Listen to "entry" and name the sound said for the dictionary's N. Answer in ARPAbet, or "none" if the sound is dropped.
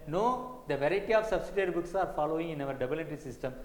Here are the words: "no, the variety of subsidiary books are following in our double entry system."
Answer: none